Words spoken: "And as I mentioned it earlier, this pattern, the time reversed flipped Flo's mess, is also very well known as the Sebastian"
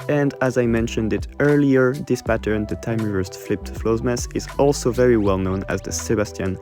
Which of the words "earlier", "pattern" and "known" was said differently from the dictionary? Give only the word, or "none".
none